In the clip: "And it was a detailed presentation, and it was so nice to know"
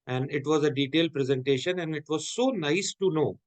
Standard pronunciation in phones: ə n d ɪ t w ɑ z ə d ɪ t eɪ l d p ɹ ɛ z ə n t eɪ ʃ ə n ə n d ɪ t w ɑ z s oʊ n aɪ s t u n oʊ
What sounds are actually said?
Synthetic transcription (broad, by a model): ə n d ɪ t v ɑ z ə d ɪ t eɪ l d p ɹ ɛ z ə n t eɪ ʃ ə n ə n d ɪ t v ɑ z s oʊ n aɪ s t u n oʊ